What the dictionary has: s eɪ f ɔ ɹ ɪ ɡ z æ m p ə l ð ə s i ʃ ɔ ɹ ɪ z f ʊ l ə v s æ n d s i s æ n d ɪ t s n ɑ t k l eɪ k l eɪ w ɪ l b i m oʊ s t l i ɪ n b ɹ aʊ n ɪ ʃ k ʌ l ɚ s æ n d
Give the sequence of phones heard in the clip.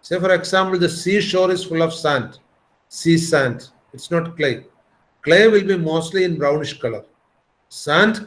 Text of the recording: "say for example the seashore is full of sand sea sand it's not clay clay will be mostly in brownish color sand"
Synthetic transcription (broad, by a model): s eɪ f ɔ ɹ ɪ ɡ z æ m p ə l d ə s i ʃ ɔ ɹ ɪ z f ʊ l ə v s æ n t s i s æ n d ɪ t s n ɑ t k l eɪ k l eɪ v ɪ l b i m oʊ s t l i ɪ n b ɹ aʊ n ɪ ʃ k ʌ l ɚ s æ n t